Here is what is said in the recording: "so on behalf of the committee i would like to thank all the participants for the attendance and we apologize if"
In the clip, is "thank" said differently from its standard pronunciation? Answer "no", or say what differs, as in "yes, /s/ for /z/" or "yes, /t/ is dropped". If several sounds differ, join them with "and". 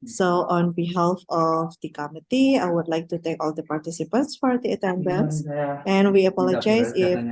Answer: yes, /t/ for /θ/ and /ŋ/ is dropped